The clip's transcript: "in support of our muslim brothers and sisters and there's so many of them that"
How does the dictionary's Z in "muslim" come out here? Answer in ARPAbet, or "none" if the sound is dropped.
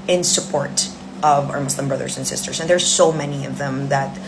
S